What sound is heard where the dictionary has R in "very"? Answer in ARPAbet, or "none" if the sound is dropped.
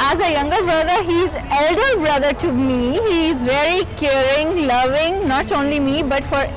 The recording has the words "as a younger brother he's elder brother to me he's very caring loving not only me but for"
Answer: R